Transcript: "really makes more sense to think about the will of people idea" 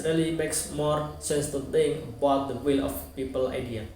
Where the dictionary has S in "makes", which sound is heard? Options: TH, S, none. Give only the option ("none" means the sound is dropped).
S